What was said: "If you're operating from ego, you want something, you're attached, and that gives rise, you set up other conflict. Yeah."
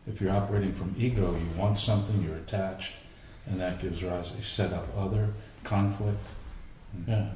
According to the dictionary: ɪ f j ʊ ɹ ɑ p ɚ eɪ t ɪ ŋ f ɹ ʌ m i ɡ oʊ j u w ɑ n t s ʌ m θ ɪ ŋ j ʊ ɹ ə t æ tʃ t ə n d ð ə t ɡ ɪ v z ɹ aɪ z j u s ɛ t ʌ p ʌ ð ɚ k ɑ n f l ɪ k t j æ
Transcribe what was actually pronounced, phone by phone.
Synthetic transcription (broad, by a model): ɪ f j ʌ ɹ ɑ p ɚ eɪ t ɪ ŋ f ɹ ʌ m i ɡ oʊ j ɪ w ɑ n t s ʌ m θ ɪ ŋ j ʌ ɹ ə t æ tʃ t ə n ð ə t ɡ ɪ v z ɹ aɪ z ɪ s ɛ t ʌ p ʌ ð ɚ k ɑ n f l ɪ k t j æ